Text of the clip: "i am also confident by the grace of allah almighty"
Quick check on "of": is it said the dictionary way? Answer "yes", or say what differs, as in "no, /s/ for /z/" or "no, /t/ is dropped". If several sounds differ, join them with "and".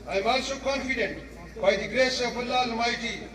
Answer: no, /b/ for /v/